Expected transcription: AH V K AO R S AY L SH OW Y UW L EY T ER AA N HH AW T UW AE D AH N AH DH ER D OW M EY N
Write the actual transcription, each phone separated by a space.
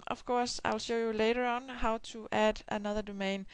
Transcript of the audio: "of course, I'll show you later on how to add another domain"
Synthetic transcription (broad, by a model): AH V K AO R S AY L SH OW Y UW L EY T ER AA N HH AW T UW AE D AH N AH DH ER D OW M EY N